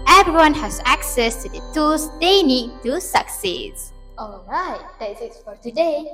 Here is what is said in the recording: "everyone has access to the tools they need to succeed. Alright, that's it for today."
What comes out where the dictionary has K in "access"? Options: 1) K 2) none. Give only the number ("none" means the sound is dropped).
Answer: 1